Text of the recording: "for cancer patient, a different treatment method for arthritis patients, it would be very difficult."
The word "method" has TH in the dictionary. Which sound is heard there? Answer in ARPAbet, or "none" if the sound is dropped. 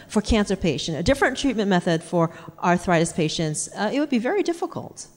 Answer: TH